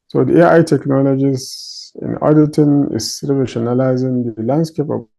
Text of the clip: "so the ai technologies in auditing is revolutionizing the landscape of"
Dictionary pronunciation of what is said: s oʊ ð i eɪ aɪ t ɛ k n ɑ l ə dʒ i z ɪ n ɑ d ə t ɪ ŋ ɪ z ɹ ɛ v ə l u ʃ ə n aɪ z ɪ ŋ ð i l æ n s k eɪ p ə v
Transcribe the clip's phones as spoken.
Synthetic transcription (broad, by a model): s oʊ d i eɪ aɪ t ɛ k n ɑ l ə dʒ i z ɪ n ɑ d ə t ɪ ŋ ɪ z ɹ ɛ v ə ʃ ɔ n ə l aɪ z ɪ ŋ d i l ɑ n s k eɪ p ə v